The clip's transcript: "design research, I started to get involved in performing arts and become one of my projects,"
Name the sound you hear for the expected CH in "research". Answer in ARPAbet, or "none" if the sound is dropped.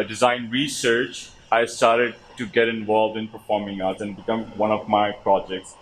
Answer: CH